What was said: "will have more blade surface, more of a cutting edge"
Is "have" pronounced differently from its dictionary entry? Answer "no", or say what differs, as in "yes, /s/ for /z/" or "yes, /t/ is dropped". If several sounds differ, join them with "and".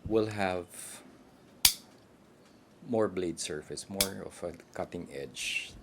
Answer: no